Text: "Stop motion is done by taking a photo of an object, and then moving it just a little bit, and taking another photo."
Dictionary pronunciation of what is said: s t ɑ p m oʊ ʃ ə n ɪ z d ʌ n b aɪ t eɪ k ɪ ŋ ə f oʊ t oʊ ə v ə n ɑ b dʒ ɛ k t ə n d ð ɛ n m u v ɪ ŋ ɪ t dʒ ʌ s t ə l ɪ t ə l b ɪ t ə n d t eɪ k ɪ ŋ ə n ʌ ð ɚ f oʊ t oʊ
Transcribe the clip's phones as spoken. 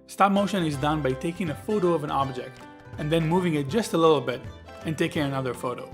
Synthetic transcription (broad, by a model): s t ɑ p m oʊ ʃ ə n ɪ z d ʌ n b aɪ t eɪ k ɪ ŋ ə f oʊ t oʊ ə v ə n ɑ b dʒ ɛ k t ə n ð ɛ n m u v ɪ ŋ ɪ t dʒ ʌ s t ə l ɪ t l b ɪ t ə n t eɪ k ɪ ŋ ə n ʌ ð ɚ f oʊ t oʊ